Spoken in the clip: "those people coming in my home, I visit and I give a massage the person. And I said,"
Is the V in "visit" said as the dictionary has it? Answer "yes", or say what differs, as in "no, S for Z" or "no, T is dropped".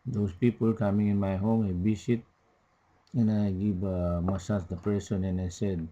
no, B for V